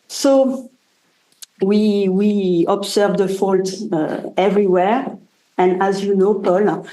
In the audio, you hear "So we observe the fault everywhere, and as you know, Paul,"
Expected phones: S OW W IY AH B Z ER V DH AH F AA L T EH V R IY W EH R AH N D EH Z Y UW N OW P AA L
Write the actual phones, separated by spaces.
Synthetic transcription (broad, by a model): S OW W IY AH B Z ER V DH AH F AA L T EH V R IY W EH R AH N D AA Z Y UW N OW P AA L